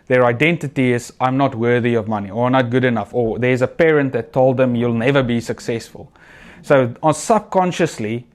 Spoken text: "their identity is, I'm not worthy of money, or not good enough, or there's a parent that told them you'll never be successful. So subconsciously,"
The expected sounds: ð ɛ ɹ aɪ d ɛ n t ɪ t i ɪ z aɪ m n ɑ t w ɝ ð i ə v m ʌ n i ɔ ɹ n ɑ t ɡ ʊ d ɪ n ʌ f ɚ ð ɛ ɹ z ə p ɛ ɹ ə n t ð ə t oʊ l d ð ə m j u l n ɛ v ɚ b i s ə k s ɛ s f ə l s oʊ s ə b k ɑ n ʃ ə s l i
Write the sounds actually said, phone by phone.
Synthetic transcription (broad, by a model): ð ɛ ɹ aɪ d ɛ n t ɪ t i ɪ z aɪ m n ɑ t w ɝ ð i ə v m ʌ n i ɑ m n ɑ t ɡ ʊ d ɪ n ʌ f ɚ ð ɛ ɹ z ə p ɛ ɹ ə n t ð ə t oʊ l d ð ə m j u l n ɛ v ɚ b i s ə k s ɛ s f ə l s oʊ s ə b k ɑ n ʃ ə s l i